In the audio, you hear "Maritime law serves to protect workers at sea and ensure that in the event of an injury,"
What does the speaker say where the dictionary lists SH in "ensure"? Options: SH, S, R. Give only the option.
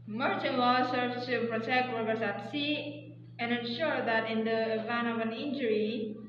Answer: SH